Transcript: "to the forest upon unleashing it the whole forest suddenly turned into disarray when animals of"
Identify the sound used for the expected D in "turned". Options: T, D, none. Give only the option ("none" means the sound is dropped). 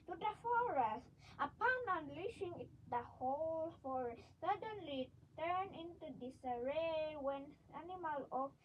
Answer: none